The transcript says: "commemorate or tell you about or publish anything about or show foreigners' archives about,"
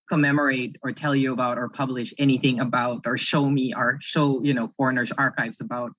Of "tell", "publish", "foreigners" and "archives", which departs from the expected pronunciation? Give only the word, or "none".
none